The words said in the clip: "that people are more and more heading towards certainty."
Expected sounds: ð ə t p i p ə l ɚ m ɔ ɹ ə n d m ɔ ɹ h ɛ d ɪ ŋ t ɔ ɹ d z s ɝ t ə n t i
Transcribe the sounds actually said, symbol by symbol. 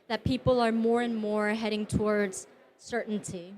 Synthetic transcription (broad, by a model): ð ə t p i p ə l ɚ m ɔ ɹ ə n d m ɔ ɹ h ɛ d ɪ ŋ t ɔ ɹ d z s ɝ t n t i